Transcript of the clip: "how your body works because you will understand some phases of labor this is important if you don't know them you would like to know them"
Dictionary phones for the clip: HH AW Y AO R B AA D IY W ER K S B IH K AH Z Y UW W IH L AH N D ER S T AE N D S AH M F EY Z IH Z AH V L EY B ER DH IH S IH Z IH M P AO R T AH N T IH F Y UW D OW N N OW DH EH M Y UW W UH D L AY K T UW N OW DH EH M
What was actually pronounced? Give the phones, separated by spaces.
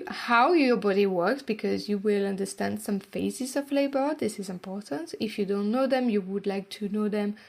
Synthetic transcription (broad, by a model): HH AW Y AO R B AA D IY W ER K S B IH K AH Z Y UW W IH L AH N D ER S T AE N D S AH M F EY Z IH Z AH V L EY B ER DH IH S IH Z IH M P AO R T AH N T IH F Y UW D OW N N OW DH EH M Y UW W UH D L AY K T UW N OW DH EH M